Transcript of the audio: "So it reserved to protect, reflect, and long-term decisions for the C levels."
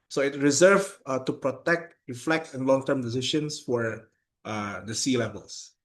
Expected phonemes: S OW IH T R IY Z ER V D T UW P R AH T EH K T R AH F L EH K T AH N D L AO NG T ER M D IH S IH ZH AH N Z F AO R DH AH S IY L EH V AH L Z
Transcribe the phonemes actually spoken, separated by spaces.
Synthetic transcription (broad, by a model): S OW IH T R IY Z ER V T UW P R AH T EH K T R AH F L EH K T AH N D L AO NG T ER M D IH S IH SH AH N S F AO R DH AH S IY L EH V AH L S